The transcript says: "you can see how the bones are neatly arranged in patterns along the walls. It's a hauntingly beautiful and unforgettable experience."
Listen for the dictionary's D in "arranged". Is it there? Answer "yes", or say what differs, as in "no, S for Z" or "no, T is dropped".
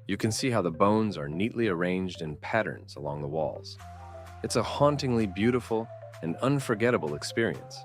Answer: yes